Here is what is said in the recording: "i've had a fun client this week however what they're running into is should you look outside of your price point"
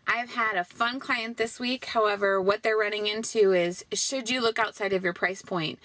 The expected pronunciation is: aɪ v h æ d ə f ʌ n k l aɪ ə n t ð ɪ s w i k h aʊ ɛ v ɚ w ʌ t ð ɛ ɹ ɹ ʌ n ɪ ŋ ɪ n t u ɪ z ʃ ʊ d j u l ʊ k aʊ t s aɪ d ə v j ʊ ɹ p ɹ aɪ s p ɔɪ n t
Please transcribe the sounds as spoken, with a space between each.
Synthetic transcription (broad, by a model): aɪ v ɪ d ə f ʌ n k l aɪ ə n ð ɪ s w i k h aʊ ɛ v ɚ w ʌ t ð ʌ ɹ ɹ ʌ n ɪ ŋ ɪ n t u ɪ z ʃ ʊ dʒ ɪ l ʊ k aʊ t s aɪ d ə v j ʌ ɹ p ɹ aɪ s p ɔɪ n t